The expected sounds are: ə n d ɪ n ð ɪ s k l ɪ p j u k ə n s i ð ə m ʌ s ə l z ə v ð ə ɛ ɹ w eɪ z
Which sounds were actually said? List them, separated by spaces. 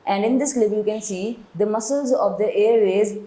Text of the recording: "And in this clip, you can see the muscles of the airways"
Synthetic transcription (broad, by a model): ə n d ɪ n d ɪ s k l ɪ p j u k ə n s i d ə m ʌ s ə l z ə v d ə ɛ ɹ eɪ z